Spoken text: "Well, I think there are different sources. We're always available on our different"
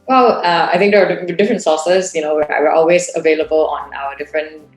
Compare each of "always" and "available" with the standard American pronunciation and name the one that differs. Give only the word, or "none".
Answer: none